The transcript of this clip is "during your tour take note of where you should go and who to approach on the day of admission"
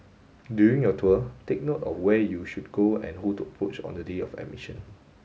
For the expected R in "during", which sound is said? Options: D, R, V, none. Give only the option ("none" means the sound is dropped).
none